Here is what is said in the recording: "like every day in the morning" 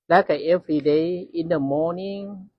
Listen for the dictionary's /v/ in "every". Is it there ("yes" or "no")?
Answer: no